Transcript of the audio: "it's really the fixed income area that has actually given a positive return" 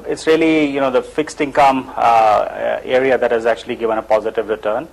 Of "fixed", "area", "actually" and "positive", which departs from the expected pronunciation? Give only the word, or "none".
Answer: none